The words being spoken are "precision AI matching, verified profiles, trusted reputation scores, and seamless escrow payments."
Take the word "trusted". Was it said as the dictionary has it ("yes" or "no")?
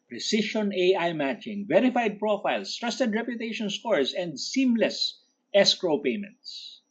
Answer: yes